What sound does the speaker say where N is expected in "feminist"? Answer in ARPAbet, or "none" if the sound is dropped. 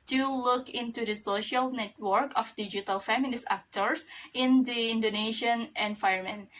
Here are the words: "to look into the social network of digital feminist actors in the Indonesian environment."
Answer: L